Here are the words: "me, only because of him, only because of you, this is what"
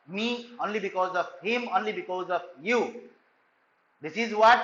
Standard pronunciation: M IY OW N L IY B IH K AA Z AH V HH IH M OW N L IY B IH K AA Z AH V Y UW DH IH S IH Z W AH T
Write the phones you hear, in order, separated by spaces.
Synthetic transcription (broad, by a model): M IY OW N L IY B IH K AA Z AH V HH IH M OW N L IY B IH K AA Z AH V Y UW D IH S IH Z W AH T